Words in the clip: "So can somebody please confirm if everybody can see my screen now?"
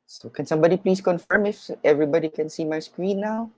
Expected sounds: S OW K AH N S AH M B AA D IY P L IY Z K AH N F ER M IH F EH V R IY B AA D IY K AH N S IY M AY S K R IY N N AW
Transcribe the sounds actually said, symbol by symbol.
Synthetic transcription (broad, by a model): S OW K AH N S AH M B AA D IY P L IY S K AH N F ER M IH F EH V R IY B AA D IY K AH N S IY M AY S K R IY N N AW